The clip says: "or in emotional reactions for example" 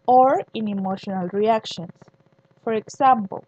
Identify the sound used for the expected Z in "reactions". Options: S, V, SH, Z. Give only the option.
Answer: S